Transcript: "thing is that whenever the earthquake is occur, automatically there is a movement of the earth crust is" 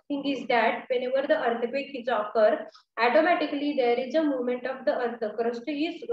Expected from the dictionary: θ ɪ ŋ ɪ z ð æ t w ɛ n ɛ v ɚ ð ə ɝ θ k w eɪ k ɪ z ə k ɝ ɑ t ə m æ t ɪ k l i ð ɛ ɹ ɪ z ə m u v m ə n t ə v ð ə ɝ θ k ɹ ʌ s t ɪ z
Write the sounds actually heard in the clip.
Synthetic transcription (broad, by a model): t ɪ ŋ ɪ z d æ t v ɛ n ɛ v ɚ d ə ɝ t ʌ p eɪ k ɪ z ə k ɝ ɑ t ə m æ t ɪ k l i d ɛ ɹ ɪ z ə m u v m ə n t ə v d ə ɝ t k ɹ ʌ s t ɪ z